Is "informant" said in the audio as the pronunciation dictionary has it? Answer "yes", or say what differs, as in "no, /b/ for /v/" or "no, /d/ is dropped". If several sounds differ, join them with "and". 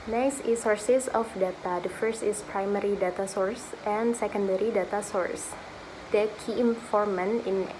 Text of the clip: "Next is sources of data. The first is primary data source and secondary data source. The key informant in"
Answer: no, /t/ is dropped